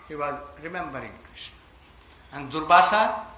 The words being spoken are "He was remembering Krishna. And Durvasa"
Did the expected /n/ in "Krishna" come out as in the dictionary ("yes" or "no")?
no